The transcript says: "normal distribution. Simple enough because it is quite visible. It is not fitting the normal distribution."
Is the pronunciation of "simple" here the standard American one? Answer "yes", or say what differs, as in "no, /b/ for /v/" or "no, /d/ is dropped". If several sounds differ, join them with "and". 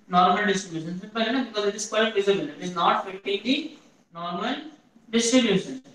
no, /m/ is dropped